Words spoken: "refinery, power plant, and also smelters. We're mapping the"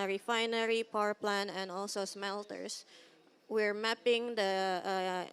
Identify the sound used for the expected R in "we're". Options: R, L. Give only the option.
R